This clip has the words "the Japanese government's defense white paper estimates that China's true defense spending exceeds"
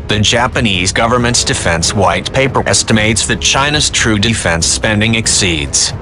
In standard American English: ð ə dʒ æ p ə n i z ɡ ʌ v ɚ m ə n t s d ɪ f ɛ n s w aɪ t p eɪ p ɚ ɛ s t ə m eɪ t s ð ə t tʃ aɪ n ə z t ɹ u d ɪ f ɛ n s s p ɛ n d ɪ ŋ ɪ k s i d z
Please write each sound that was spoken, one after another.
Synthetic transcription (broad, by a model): ð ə dʒ æ p ə n i z ɡ ʌ v ɚ m ə n t s d ɪ f ɛ n s w aɪ t p eɪ p ɚ ɛ s t ə m eɪ t s ð ə t tʃ aɪ n ə z t ɹ u d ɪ f ɛ n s s p ɛ n d ɪ ŋ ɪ k s i d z